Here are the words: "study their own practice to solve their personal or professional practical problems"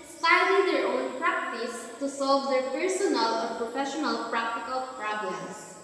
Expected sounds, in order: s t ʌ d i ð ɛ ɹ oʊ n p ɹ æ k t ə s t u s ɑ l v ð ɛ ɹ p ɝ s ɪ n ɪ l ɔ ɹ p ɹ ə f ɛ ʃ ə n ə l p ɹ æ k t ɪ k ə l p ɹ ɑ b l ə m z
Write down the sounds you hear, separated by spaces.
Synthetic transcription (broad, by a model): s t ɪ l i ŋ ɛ ɹ oʊ n p ɹ æ k t ə s t u s ɑ l v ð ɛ ɹ p ɝ s ɪ n ɪ l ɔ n p ɹ ə f ɛ ʃ ə n ə l p ɹ æ k t ɪ k ə l p ɹ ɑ b l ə m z